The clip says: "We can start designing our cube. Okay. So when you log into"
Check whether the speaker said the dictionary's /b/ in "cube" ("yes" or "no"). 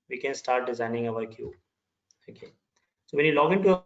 no